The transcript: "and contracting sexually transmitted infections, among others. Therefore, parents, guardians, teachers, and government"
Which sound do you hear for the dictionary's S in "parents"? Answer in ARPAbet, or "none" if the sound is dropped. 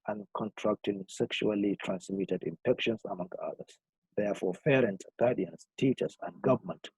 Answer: none